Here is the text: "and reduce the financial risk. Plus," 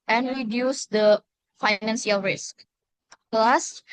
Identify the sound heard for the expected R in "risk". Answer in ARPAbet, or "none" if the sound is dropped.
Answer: R